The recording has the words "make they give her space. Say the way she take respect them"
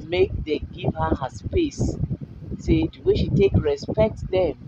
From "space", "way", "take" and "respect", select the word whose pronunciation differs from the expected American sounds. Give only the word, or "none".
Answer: none